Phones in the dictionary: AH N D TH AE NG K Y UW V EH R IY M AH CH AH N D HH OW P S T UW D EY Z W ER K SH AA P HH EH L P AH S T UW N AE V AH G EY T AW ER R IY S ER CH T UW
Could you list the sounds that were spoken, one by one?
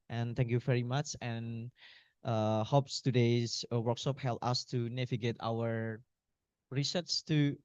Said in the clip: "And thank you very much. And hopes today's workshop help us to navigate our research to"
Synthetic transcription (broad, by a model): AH N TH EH NG K Y UW V EH R IY M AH CH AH N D HH OW P S T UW D EY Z W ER K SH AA P HH EH L P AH S T UW N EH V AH G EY T AW ER R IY S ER S T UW